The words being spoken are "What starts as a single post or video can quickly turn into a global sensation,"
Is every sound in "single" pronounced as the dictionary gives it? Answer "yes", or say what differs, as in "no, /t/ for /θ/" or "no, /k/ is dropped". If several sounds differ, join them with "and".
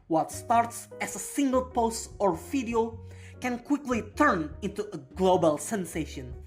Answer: yes